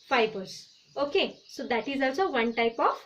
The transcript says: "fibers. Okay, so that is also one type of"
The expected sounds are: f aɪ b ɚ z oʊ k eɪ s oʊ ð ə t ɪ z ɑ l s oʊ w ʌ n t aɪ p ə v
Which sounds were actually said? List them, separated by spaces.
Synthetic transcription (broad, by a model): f aɪ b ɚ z oʊ k eɪ s oʊ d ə t ɪ z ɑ w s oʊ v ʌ n t aɪ p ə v